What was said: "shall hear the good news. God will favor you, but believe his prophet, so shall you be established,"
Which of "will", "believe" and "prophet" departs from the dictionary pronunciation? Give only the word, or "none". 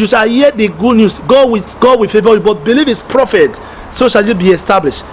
will